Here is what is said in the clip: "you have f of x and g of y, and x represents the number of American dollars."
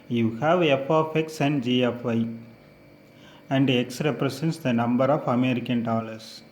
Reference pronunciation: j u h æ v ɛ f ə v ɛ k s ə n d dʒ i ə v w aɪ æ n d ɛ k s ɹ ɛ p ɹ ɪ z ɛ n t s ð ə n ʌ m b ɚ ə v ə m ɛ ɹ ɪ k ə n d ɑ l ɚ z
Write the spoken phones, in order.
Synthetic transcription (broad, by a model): j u h æ v ɛ f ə f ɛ k s ə n d dʒ i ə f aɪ æ n d ɛ k s ɹ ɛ p ɹ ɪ s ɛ n t s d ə n ʌ m b ɚ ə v ə m ɛ ɹ ɪ k ə n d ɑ l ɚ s